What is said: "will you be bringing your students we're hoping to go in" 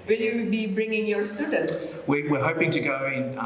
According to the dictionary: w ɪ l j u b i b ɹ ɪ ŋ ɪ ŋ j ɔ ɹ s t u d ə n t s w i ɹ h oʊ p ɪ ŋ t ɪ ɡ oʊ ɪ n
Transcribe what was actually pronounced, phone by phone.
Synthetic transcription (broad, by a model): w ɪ l j u b i b ɹ ɪ ŋ ɪ ŋ j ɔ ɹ s t u d ə n t s w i w h oʊ p ɪ ŋ t ɪ ɡ oʊ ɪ n